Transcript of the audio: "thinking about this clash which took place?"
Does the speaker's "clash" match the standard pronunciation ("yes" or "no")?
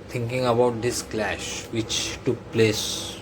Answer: yes